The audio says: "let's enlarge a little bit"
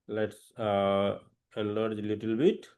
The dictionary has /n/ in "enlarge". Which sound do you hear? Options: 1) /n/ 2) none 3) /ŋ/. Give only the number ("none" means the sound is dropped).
2